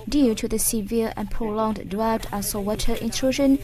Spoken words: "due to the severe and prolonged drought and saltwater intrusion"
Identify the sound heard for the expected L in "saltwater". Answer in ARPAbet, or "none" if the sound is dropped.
W